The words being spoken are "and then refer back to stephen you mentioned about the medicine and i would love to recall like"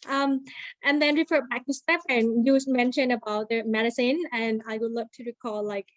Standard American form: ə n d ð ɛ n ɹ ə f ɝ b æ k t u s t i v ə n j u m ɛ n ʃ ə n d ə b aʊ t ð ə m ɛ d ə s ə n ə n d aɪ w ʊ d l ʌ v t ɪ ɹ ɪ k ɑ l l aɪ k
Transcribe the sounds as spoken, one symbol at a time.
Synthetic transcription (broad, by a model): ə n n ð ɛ n ɹ ə f ɝ b æ k t u s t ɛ p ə n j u m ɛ n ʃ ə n ə b aʊ t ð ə m ɛ d ə s ə n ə n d aɪ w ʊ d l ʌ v t ɪ ɹ ɪ k ɑ l l aɪ k